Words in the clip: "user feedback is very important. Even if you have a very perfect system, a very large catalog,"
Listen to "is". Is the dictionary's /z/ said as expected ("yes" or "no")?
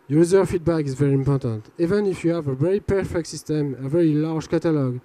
yes